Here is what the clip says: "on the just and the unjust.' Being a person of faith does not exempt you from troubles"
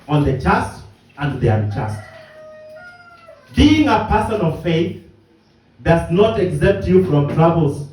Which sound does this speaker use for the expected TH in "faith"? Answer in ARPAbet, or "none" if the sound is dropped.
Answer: TH